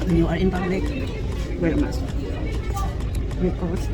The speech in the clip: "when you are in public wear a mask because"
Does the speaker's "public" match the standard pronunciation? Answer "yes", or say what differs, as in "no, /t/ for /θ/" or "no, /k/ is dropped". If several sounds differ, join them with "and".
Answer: no, /b/ is dropped